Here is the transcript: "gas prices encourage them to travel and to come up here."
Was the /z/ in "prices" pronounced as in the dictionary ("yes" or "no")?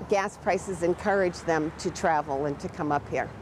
yes